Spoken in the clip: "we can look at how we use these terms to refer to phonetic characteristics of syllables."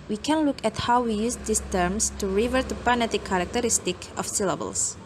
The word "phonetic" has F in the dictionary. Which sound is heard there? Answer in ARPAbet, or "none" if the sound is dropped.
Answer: P